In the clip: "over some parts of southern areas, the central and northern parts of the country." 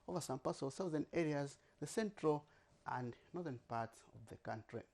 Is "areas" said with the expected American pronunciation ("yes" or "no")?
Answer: yes